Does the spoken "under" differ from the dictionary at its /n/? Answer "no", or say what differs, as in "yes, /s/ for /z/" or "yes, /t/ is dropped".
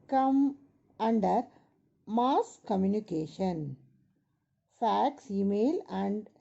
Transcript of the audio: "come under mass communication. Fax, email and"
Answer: no